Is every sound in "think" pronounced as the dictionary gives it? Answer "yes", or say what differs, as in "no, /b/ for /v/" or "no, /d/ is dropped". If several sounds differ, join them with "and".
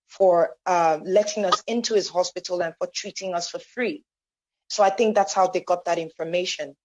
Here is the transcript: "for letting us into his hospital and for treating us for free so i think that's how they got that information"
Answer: yes